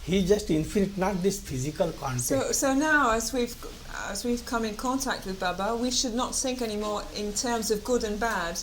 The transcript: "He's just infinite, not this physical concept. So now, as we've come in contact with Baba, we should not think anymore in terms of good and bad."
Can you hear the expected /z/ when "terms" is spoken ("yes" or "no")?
yes